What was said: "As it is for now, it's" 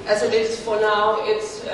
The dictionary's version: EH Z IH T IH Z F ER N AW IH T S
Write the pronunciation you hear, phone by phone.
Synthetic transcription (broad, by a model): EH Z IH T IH S F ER N AW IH T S